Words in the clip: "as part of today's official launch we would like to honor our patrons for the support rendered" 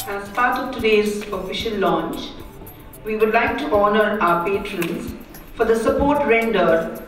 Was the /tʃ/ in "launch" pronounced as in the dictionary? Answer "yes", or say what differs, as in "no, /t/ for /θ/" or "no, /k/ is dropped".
yes